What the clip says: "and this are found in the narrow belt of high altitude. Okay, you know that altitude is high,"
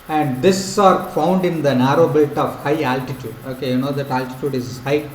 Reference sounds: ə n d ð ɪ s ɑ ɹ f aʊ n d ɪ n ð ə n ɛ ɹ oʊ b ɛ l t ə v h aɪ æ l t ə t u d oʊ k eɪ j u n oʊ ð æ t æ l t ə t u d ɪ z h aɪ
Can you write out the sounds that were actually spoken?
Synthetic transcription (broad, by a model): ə n d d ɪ s ɑ ɹ f aʊ n d ɪ n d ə n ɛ ɹ oʊ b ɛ t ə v h aɪ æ l t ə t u d oʊ k eɪ j u n oʊ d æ t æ l t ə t u d ɪ z h aɪ